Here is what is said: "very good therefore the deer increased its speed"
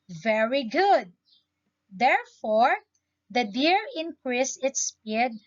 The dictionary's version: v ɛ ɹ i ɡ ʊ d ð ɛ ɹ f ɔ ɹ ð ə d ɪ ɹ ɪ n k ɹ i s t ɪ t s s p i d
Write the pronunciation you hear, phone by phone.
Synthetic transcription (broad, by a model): v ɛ ɹ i ɡ ʊ d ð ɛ ɹ f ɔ ɹ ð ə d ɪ ɹ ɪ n k ɹ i s ɪ t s s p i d